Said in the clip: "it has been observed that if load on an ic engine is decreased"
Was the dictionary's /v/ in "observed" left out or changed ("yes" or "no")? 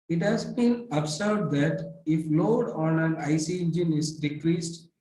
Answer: yes